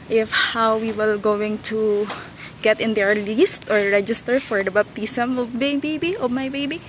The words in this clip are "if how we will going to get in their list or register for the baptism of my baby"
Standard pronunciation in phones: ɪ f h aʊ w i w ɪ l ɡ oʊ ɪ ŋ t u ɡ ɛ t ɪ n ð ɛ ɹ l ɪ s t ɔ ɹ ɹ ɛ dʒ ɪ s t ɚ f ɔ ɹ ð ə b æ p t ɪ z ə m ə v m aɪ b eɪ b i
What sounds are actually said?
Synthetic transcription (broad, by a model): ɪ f h aʊ w i w ɪ l ɡ oʊ ɪ ŋ t u ɡ ɛ t ɪ n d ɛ ɹ l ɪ s t ɔ ɹ ɹ ɛ dʒ ɪ s t ɚ f ɔ ɹ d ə b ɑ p t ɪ s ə m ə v m aɪ b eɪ b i